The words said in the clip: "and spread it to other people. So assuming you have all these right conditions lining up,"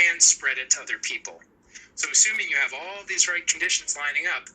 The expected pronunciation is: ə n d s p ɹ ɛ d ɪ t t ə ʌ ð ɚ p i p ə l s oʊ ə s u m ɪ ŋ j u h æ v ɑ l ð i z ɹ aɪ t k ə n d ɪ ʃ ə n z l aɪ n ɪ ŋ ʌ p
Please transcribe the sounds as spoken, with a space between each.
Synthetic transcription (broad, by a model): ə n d s p ɹ ɛ d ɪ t t ə ʌ ð ɚ p i p l s oʊ ə s u m ɪ ŋ j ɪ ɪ v ɑ l ð i z ɹ aɪ t k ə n d ɪ ʃ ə n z l aɪ n ɪ ŋ ʌ p